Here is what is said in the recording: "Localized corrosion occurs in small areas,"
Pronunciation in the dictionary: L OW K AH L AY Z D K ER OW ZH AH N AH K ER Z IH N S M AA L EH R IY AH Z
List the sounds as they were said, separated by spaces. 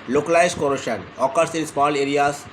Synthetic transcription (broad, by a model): L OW K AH L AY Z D K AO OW SH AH N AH K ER S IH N S M AA L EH R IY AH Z